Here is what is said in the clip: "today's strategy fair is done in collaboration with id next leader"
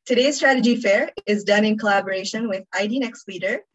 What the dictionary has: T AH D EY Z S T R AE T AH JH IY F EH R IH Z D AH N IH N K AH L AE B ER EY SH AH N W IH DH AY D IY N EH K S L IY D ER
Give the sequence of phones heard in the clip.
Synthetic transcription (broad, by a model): T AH D EY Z S T R AE T AH JH IY F EH R IH Z D AH N IH N K AH L AE B ER EY SH AH N W IH DH AY D IY N EH K S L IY D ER